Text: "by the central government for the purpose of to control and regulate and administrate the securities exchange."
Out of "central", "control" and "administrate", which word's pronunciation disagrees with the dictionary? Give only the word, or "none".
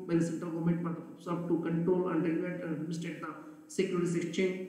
administrate